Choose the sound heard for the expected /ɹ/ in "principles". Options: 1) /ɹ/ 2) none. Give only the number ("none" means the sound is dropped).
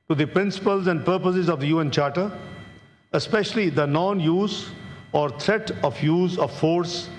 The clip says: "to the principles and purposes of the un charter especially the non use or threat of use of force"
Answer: 1